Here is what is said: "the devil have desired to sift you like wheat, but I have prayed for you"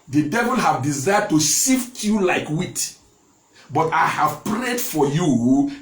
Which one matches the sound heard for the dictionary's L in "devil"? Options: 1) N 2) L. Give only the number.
2